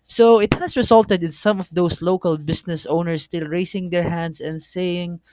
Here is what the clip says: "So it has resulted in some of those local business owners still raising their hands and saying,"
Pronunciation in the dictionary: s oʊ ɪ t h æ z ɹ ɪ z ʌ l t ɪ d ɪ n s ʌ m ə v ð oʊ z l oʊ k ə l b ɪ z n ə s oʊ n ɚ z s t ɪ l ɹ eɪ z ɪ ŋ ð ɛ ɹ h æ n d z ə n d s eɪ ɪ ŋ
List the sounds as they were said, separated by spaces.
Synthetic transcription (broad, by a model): s oʊ ɪ t h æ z ɹ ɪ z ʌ l t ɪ d ɪ n s ʌ m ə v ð oʊ s l oʊ k ə l b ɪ s n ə s oʊ n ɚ s t ɪ l ɹ eɪ s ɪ ŋ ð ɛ ɹ h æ n d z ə n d s eɪ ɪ ŋ